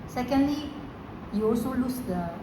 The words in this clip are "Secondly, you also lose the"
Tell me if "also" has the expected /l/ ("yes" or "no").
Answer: no